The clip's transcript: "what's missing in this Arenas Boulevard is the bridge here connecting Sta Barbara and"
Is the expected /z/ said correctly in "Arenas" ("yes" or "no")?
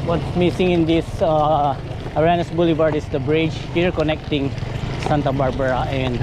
no